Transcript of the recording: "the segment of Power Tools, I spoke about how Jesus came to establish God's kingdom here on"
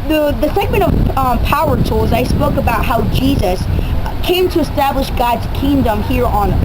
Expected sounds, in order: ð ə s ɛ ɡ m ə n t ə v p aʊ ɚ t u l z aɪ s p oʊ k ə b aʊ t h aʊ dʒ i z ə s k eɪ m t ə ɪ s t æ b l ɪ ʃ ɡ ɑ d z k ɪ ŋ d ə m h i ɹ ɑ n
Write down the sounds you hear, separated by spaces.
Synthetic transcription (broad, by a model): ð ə s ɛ ɡ m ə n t ə v p aʊ ɚ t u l z aɪ s p oʊ k ə b aʊ t h aʊ dʒ i z ə s k eɪ m t ə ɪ s t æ b l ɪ ʃ ɡ ɑ d z k ɪ ŋ d ə m h i ɹ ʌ n